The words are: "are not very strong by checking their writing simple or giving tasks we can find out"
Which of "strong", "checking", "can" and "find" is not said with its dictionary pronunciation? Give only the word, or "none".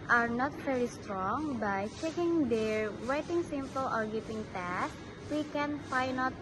find